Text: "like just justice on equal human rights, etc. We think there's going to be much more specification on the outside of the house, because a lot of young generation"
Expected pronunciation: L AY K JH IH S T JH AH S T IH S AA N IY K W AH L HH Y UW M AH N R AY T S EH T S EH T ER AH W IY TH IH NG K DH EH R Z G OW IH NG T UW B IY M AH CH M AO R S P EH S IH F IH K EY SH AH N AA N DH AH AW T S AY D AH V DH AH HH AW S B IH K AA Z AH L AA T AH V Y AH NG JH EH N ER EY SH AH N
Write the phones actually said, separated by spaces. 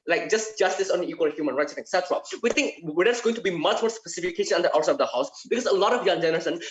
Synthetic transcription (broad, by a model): L AY K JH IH S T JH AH S T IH S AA N IY K W AH L HH Y UW M AH N R AY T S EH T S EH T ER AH W IY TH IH NG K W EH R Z G OW IH NG T UW B IY M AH CH M AO R S P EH S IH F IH K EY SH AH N AA N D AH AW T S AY AH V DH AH HH AW S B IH K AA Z AH L AA T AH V Y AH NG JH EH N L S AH N